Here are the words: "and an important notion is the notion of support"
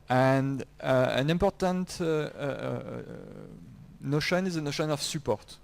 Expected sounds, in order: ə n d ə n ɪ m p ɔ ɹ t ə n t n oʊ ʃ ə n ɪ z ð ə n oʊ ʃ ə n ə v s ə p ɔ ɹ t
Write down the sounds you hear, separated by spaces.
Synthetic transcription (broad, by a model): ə n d ə n ɪ m p ɔ ɹ t ə n t n oʊ ʃ ə n ɪ z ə n oʊ ʃ ə n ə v s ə p ɔ ɹ t